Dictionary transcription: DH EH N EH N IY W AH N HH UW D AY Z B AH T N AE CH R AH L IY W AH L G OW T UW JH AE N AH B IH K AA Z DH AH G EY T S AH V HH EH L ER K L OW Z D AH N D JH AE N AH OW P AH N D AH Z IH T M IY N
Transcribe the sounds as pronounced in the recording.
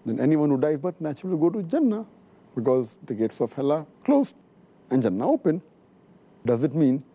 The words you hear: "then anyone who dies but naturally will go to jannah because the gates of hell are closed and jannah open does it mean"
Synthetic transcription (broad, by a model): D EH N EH N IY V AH N HH UW D AY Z B AH T N AE CH R AH L IY G OW T UW JH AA N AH B IH K AA Z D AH G EY T S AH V HH EH L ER K L OW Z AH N JH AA N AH OW P AH N D AH Z IH T M IY N